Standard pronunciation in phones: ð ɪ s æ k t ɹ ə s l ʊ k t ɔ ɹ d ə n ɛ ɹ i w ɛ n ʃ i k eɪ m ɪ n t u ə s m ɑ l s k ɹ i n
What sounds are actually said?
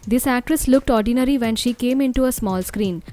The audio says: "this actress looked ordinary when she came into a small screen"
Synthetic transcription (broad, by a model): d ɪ s æ k t ɹ ə s l ʊ k t ɔ ɹ d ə n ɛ ɹ i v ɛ n ʃ i k eɪ m ɪ n t u ə s m ɑ l s k ɹ i n